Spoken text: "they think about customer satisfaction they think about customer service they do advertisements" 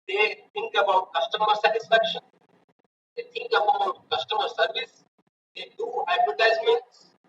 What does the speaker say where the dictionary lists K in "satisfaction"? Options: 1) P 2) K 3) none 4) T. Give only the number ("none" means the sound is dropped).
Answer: 2